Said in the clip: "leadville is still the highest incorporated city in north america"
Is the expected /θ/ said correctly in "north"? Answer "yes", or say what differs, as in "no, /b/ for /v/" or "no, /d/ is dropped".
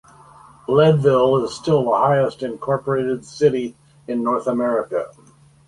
yes